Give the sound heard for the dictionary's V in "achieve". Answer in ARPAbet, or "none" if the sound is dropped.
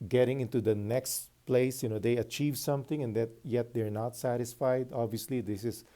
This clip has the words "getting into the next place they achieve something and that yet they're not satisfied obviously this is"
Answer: V